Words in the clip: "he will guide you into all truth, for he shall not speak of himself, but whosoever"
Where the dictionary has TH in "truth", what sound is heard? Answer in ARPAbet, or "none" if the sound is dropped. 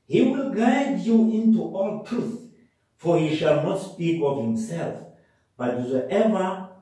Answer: TH